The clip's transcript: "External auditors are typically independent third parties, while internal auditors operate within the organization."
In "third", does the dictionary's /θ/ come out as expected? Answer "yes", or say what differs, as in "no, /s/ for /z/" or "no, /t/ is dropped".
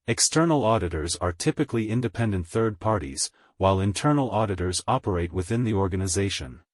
yes